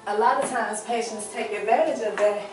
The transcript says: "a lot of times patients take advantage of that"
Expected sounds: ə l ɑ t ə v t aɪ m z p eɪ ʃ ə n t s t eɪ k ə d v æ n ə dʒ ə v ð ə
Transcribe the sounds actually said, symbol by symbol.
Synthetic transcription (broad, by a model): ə l ɑ t ə v t aɪ m z p eɪ ʃ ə n t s t eɪ k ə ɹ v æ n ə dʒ ə v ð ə